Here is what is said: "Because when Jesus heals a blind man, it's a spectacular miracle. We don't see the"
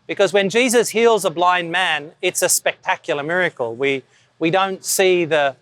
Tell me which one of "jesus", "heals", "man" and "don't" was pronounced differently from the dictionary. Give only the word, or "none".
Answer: none